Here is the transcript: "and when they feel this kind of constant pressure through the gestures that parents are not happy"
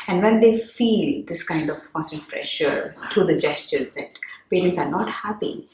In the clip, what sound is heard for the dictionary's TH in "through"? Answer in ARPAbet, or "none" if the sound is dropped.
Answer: T